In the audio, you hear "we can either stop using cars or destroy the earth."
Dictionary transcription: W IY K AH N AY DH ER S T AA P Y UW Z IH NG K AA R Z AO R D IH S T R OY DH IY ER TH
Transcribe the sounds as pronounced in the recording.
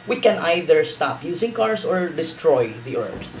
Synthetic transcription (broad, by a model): W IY K AH N AY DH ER S T AA P Y UW S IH NG K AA R S AO R D IH S T R OY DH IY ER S